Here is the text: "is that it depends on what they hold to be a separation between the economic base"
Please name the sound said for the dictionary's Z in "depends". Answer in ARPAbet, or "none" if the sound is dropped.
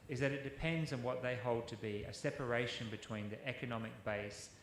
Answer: Z